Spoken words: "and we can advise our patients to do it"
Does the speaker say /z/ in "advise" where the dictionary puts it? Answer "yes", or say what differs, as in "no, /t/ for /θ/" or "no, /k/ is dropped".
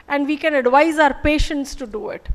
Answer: yes